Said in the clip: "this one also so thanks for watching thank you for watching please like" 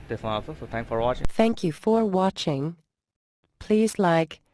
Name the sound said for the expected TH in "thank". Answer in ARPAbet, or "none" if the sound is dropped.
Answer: TH